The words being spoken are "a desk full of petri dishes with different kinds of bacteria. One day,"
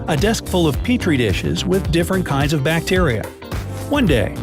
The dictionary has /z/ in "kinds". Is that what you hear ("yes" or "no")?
yes